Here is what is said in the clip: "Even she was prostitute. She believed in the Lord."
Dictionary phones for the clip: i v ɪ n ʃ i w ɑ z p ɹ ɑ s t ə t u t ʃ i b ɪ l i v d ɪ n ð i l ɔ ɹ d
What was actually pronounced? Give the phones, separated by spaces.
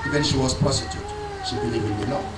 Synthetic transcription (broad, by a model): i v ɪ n ʃ i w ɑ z p ɑ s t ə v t ʃ i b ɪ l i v ɪ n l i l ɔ